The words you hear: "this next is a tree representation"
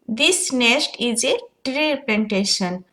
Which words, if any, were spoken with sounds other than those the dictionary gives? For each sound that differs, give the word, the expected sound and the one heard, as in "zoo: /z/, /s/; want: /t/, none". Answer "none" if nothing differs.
next: /k/, none